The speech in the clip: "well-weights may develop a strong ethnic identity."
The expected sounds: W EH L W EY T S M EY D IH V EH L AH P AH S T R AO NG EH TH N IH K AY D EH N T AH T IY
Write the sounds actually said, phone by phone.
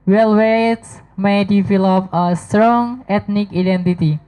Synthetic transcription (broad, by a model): W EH L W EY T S M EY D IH F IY L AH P AH S T R AO NG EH T N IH K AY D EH N T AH T IY